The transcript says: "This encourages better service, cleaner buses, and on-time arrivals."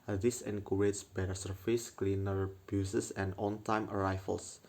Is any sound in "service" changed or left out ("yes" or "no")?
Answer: yes